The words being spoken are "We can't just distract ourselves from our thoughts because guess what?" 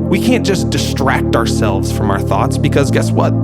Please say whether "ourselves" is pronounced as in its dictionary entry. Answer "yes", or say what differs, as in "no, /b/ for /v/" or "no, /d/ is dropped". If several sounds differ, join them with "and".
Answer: yes